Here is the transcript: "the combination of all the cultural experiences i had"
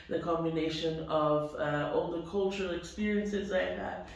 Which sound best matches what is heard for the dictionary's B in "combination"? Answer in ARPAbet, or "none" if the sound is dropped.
B